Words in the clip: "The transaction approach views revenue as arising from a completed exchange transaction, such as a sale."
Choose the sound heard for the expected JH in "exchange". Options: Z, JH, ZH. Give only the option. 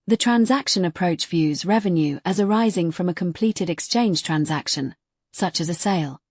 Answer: ZH